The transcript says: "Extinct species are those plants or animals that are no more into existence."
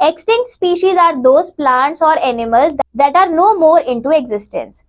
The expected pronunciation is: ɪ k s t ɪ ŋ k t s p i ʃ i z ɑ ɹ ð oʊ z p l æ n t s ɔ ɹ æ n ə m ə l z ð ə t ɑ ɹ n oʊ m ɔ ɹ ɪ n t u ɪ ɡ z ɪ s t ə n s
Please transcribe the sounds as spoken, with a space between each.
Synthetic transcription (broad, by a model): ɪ k s t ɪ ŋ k t s p i ʃ i z ɑ ɹ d oʊ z p l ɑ n t s ɔ ɹ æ n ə m ə l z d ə t ɑ ɹ n oʊ m ɔ ɹ ɪ n t u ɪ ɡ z ɪ s t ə n s